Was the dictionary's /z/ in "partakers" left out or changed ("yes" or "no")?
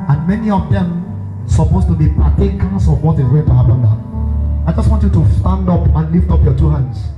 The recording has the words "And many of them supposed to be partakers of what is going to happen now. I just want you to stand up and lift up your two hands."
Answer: yes